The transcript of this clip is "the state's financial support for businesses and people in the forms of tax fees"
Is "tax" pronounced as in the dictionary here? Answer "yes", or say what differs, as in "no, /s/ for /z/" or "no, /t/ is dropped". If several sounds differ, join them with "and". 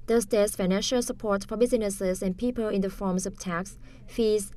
yes